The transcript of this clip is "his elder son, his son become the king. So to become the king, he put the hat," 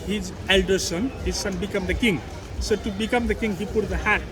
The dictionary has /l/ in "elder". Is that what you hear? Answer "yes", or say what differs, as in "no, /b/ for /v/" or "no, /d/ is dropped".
yes